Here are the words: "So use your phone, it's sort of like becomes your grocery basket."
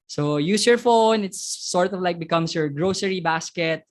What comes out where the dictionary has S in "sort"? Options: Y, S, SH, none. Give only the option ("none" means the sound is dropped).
S